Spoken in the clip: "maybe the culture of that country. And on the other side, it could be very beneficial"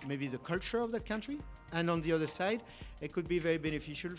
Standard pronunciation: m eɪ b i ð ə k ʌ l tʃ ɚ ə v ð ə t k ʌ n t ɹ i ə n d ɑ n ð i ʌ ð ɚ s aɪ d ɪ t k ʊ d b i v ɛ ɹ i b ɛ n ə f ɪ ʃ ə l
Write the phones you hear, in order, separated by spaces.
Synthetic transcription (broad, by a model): m eɪ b i ð ə k ʌ l tʃ ɚ ə v ð ə t k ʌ n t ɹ i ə n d ɑ n ð i ʌ ð ɚ s aɪ d ɪ t k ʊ d b i v ɛ ɹ i b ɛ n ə f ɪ ʃ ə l